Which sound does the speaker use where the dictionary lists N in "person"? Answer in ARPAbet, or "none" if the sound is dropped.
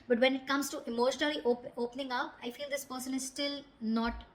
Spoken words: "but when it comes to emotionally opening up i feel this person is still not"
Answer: N